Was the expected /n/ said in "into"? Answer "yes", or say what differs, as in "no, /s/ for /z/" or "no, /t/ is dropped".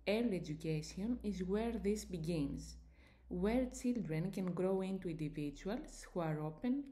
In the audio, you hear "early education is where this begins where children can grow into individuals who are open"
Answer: yes